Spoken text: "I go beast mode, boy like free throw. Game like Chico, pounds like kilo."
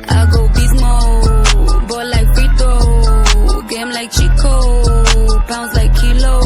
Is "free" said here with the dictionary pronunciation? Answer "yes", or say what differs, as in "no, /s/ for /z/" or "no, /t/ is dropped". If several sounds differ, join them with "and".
no, /ɹ/ is dropped